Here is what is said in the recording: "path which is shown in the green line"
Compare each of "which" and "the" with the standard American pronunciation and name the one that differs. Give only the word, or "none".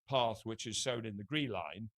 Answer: none